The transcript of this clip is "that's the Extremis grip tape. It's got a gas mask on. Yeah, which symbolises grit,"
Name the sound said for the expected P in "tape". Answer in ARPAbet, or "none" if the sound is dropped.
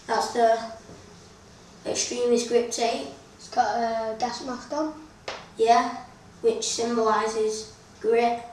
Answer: none